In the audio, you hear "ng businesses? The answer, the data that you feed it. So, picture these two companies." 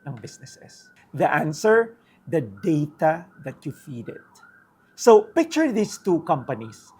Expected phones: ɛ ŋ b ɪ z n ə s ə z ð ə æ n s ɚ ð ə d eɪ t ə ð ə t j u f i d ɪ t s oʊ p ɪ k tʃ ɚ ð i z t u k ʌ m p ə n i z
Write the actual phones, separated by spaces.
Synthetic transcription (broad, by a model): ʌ ŋ b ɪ s n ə s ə s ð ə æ n s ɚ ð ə d eɪ t ə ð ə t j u f i d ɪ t s oʊ p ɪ k tʃ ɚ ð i s t u k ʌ m p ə n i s